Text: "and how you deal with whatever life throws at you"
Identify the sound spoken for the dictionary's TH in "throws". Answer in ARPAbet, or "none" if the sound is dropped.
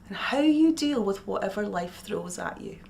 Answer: TH